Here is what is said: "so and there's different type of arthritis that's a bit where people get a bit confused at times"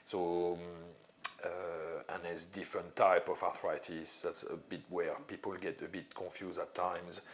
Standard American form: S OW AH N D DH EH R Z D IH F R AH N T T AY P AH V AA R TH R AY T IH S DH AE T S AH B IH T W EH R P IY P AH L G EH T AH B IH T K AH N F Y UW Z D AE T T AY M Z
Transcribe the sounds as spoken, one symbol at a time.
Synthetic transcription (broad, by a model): S OW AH N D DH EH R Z D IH F R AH N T T AY P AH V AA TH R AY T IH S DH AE T S AH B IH T W EH R P IY P AH L G EH T AH B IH T K AH N F Y UW Z D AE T T AY M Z